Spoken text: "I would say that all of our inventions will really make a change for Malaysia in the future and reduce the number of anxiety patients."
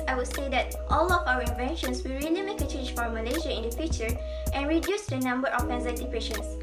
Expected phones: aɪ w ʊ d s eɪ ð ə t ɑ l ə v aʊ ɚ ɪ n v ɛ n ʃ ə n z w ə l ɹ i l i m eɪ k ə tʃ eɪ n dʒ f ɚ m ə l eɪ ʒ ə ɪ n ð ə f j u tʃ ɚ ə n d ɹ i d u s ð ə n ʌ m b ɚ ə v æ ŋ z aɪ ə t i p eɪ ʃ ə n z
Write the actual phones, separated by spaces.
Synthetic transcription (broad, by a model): aɪ w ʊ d s eɪ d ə t ɑ l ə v aʊ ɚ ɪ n v ɛ n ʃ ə n s w ə l ɹ i l i m eɪ k ə tʃ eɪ n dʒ f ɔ m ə l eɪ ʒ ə ɪ n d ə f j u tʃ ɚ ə n ɹ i d u s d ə n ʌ m b ɚ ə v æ z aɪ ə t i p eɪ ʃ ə n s